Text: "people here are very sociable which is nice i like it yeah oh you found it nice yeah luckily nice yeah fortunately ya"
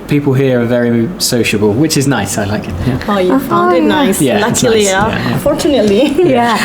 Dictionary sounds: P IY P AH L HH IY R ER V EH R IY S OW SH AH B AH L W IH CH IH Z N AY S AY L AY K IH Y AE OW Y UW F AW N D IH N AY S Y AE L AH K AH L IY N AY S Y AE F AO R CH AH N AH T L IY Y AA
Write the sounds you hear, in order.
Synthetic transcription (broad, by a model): P IY P AH L HH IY R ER V EH R IY S OW SH AH B AH L W IH CH IH Z N AY S AY L AY K IH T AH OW Y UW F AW IH N AY S Y AE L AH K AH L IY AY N F AO R CH AH N AH T L IY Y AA